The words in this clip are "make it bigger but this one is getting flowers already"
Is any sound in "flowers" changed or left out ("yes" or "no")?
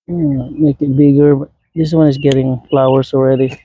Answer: yes